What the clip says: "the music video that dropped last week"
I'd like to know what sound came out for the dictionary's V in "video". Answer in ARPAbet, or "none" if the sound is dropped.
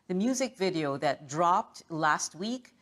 V